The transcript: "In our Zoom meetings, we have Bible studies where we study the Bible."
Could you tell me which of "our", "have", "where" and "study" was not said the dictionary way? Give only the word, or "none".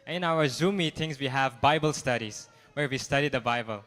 none